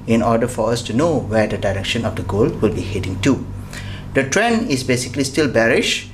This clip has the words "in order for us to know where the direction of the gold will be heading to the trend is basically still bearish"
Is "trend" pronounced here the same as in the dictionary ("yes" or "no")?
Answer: no